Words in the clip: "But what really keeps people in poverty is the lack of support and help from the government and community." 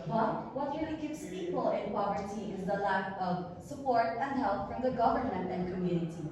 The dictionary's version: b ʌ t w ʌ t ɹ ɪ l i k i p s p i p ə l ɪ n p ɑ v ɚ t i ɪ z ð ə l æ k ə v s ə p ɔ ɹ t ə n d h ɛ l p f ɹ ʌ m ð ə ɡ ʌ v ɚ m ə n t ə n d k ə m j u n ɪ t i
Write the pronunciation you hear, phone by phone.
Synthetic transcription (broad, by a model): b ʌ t w ʌ t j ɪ i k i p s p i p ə l ɪ n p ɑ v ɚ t i ɪ z ð ə l æ k ə v s ə p ɔ ɹ t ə n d h ɛ l p f ɹ ʌ m ð ə ɡ ʌ v ɚ m ə n t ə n k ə m j u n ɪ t i